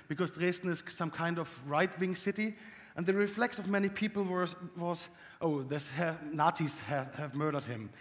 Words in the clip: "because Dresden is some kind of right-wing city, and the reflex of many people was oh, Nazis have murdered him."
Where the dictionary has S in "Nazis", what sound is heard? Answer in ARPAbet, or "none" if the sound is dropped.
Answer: none